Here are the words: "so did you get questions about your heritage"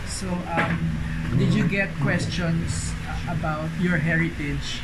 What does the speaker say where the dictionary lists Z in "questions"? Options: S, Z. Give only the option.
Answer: S